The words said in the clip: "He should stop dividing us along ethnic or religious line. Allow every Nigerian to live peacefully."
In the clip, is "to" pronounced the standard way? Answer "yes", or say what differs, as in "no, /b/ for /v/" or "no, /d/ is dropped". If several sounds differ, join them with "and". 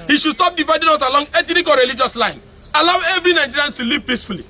no, /s/ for /t/